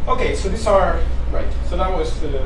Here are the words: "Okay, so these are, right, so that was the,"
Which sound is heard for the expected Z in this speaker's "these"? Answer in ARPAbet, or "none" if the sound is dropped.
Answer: S